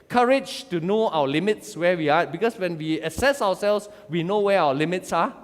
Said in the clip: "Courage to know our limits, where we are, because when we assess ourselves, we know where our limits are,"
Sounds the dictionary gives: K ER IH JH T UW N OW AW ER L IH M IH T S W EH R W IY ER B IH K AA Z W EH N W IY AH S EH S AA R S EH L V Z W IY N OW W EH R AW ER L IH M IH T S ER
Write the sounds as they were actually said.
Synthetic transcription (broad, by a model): K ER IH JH T UW N OW AW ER L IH M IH T S W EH W IY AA B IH K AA S W EH N W IY AH S EH S AA W S EH L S W IY N OW W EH AW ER L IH M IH T S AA